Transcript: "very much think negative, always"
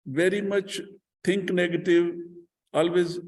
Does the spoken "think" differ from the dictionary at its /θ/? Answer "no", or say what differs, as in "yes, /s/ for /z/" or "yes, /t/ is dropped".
yes, /t/ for /θ/